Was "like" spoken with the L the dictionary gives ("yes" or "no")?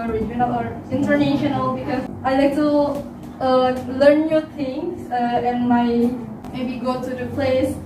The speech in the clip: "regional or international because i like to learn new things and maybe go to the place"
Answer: yes